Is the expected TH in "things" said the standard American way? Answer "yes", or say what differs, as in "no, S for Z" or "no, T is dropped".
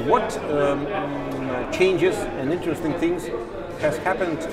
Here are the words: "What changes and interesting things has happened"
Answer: yes